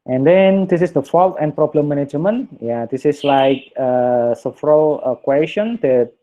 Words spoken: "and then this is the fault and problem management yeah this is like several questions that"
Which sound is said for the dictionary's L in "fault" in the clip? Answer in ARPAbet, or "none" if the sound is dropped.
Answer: L